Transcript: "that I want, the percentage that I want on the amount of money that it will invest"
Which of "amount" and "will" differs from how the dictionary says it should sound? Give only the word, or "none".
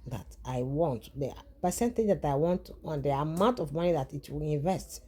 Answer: none